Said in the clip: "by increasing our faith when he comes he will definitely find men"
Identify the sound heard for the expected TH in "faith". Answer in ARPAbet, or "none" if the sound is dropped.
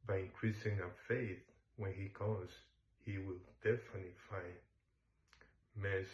TH